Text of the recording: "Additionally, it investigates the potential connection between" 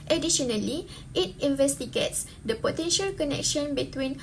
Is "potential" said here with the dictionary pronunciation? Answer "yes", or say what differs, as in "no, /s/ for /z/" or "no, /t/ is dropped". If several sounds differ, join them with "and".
yes